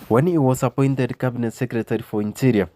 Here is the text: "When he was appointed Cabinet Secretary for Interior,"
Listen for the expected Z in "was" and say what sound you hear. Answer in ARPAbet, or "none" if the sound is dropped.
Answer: S